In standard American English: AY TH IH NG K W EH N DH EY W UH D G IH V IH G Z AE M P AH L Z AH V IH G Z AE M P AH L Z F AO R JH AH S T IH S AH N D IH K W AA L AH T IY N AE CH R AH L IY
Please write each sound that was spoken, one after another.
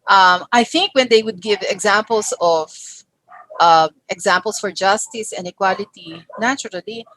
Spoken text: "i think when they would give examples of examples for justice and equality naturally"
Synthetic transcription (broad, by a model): AY TH IH NG K W EH N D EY W UH D G IH V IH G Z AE M P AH L S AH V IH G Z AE M P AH L S F AO R JH AH S T IH S AH N D IH K W AA L AH T IY N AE CH R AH L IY